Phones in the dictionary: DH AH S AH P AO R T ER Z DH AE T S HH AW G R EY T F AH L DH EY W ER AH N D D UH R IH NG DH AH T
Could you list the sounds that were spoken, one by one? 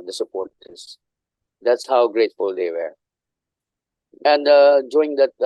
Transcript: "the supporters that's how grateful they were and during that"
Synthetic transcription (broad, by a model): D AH S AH P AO R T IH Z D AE T S HH AW G R EY T F AH L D EY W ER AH N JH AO IH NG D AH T